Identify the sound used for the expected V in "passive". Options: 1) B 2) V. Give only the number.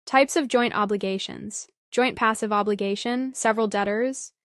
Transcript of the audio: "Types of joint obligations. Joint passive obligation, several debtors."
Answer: 2